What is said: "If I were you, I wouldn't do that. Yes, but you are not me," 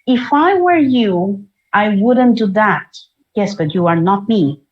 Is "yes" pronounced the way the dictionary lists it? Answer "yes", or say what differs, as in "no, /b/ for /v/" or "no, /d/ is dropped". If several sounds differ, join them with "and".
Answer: yes